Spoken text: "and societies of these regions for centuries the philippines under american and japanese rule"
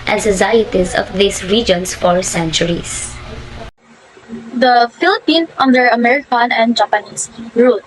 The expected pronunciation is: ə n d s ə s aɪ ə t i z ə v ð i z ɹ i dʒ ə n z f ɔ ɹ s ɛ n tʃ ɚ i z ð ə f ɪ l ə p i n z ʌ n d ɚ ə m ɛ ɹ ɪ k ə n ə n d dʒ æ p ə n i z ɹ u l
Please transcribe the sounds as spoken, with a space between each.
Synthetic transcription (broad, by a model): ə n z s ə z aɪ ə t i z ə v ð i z ɹ i dʒ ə n s f ɔ ɹ s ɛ n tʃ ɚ i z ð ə f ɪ l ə p i n ʌ n d ɚ ə m ɛ ɹ ɪ k ə n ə n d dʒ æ p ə n i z ɹ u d